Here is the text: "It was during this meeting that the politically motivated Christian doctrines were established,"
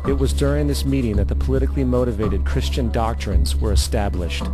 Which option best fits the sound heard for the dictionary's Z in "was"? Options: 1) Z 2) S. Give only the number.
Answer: 1